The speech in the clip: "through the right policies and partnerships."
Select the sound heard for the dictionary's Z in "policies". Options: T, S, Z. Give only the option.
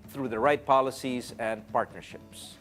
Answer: Z